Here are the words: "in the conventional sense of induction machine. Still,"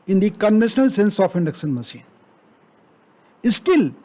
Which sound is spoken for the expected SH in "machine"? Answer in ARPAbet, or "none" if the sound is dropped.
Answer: S